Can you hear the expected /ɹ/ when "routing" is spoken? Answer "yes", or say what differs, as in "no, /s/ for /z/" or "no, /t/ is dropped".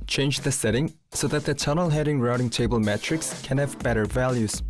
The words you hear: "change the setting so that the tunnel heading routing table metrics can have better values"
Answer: yes